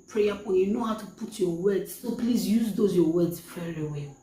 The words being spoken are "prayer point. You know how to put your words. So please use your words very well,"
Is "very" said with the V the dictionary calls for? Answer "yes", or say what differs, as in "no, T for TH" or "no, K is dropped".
no, F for V